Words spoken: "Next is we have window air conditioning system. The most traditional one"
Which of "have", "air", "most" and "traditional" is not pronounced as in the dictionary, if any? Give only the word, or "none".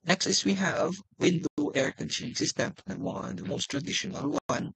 none